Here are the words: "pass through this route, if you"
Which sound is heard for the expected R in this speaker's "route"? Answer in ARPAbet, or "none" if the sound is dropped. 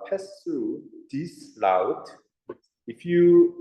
L